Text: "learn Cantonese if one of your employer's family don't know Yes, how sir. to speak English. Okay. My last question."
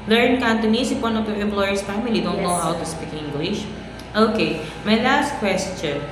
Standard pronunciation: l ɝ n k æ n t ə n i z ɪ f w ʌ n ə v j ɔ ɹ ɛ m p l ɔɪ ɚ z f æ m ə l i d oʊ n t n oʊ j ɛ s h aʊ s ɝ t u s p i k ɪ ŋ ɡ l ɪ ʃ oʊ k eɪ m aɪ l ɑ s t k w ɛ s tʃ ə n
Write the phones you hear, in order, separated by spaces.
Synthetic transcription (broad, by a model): l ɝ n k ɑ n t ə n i s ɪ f w ʌ n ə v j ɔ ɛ m p l ɔɪ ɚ s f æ m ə l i d oʊ n t n oʊ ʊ h aʊ t u s p i k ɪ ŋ ɡ l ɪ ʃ oʊ k eɪ m aɪ l ɑ s t k w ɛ s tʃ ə n